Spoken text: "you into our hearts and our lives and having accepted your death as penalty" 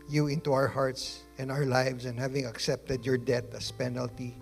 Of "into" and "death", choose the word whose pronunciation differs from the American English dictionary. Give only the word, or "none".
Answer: death